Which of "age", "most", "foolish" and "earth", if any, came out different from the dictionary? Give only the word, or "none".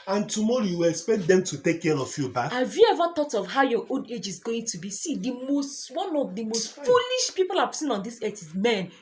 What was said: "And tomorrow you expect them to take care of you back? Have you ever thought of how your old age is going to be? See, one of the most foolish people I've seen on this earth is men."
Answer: earth